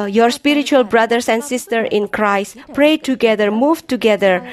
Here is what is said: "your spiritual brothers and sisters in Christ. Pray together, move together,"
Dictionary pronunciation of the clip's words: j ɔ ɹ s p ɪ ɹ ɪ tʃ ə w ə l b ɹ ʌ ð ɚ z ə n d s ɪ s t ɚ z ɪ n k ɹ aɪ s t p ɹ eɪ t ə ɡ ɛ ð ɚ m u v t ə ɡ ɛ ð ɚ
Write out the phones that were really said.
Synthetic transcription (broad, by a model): j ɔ ɹ s p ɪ ɹ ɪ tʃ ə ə l b ɹ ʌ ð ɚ s ə n d s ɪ s t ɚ ɪ n k ɹ aɪ s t p ɹ eɪ t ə ɡ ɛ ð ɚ m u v t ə ɡ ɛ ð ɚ